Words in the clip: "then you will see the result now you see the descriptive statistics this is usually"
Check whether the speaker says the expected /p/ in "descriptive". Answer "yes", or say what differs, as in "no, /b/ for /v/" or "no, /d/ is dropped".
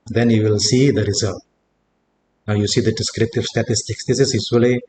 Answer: yes